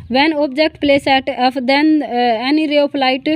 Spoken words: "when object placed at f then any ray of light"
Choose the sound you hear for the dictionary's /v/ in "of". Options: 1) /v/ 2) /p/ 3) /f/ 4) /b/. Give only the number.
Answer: 2